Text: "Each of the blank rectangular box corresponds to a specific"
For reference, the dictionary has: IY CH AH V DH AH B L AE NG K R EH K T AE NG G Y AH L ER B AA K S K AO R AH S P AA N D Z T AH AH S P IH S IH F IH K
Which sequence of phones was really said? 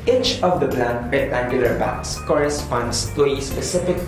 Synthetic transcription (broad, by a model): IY CH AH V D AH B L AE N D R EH T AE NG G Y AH L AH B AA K S K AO R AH S P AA N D S T AH AH S P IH S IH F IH K